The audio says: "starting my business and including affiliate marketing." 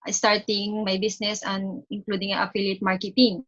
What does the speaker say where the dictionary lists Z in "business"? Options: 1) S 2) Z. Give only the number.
1